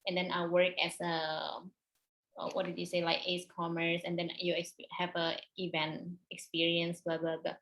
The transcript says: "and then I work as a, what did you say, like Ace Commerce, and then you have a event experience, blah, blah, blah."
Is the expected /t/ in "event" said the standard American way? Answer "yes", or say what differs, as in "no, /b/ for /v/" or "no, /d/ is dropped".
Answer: yes